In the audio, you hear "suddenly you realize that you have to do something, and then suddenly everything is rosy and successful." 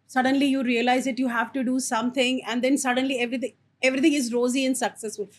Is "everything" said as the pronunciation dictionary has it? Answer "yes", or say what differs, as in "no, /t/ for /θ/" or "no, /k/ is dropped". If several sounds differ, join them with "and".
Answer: no, /t/ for /θ/